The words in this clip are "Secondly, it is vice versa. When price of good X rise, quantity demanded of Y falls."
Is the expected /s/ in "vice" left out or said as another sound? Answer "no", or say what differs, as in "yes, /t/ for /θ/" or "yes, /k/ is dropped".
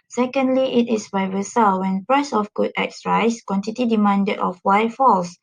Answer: yes, /s/ is dropped